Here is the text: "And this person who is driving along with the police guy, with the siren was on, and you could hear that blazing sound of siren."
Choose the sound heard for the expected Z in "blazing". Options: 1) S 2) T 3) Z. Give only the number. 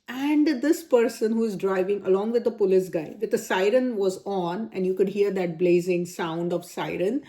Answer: 3